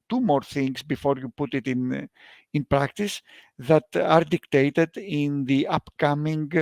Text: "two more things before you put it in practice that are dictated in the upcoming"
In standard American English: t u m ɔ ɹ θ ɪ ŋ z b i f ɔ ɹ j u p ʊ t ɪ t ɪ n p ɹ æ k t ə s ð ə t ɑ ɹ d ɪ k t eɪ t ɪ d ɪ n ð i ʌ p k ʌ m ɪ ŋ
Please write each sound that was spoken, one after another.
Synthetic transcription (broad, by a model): t u m ɔ ɹ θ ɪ ŋ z b i f ɔ ɹ j u p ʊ t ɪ t ɪ n p ɹ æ k t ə s ð ə t ɑ ɹ d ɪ k t eɪ t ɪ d ɪ n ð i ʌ p k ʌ m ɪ ŋ